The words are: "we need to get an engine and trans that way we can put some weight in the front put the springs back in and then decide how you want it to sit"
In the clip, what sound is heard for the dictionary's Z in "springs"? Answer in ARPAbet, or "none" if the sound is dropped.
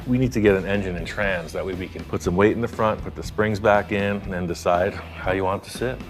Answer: Z